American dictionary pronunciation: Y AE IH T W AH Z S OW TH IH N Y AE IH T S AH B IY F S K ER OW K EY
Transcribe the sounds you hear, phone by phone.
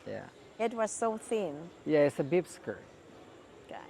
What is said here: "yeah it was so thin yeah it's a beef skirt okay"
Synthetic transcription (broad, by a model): Y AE IH T W AH Z S OW TH IH N Y AE IH T S AH B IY P S K ER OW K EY